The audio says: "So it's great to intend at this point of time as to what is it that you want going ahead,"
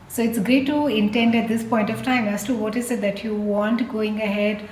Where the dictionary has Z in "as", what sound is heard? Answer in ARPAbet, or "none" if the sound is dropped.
S